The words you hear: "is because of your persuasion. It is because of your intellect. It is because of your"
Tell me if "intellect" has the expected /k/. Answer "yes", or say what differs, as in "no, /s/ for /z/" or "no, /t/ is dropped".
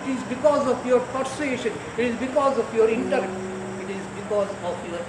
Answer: no, /k/ is dropped